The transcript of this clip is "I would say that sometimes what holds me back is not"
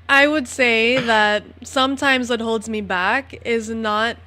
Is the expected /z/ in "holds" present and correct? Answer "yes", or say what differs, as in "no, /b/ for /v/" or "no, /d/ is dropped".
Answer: yes